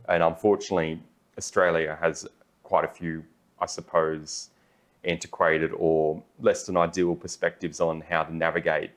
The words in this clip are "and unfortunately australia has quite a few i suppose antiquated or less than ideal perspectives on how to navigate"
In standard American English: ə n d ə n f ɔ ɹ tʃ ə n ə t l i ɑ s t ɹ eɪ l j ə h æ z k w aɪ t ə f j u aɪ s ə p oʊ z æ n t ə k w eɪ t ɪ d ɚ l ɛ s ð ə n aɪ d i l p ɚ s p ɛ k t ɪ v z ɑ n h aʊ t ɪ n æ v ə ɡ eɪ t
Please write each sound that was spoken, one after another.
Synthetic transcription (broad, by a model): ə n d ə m f ɔ ɹ tʃ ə n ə t l i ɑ s t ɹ eɪ l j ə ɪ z k w aɪ t ə f j u aɪ s ə p oʊ z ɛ n t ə k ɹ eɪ t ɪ d ɚ l ɛ s ð ə n aɪ d i l p ɚ s p ɛ k t ɪ v z n h aʊ t ɪ n æ v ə ɡ eɪ t